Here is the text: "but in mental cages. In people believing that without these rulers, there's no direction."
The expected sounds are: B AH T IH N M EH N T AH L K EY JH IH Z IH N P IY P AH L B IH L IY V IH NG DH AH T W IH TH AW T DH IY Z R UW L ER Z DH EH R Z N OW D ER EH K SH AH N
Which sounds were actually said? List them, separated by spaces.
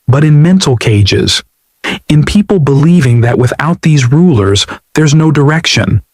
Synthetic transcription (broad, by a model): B AH T IH N M EH N T L K EY JH IH Z IH N P IY P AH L B IH L IY V IH NG DH AH T W IH TH AW T DH IY Z R UW L ER Z DH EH R Z N OW D ER EH K SH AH N